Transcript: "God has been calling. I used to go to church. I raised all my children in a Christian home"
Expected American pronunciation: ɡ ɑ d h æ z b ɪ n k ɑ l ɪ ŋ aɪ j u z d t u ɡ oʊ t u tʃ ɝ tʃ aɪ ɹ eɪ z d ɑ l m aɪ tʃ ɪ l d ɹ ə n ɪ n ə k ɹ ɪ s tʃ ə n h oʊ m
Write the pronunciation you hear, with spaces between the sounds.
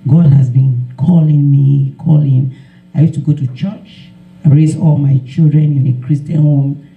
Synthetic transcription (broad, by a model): ɡ ɑ d h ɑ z b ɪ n k ɑ l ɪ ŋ aɪ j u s t u ɡ oʊ t u tʃ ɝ tʃ aɪ ɹ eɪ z ɑ l m aɪ tʃ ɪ l d ɹ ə n ɪ n ə k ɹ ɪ s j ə n h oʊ m